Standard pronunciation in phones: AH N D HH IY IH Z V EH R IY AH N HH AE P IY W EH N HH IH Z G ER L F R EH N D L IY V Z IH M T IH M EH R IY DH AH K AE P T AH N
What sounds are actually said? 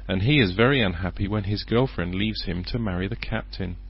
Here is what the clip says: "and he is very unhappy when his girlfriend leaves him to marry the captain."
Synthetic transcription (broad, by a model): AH N IY IH Z V EH R IY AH N HH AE P IY W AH N IH Z G ER L F R EH N D L IY V Z IH M T IH M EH R IY DH AH K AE P T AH N